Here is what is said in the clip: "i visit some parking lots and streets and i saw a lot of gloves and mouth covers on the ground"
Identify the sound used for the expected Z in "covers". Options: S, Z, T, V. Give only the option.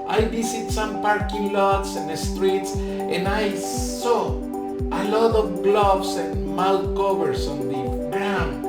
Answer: S